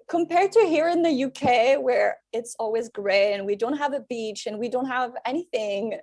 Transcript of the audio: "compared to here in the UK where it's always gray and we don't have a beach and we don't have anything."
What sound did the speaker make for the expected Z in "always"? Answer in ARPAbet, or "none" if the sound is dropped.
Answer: Z